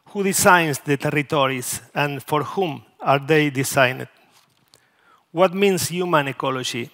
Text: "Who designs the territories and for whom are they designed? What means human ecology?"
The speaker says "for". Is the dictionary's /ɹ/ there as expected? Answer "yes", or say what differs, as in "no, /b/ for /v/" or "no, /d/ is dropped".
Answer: yes